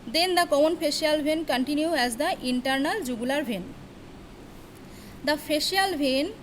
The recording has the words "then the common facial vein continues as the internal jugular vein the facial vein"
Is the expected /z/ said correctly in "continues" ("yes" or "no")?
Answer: no